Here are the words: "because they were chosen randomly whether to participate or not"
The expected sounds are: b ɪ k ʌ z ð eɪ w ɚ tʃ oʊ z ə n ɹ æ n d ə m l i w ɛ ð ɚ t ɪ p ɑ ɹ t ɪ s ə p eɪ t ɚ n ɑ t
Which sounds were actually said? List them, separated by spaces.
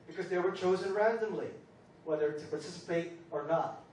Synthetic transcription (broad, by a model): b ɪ k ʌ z ð eɪ w ɚ tʃ oʊ z ə n ɹ æ n d ə m l i w ɛ ð ɚ t ɪ p ɑ ɹ t ɪ s ə p eɪ t ɚ n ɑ t